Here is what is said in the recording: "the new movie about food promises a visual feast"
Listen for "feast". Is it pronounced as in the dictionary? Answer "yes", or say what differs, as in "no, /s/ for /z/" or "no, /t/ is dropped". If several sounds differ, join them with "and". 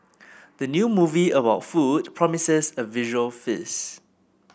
no, /t/ is dropped